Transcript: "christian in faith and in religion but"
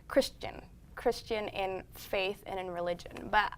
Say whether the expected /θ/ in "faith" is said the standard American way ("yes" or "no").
yes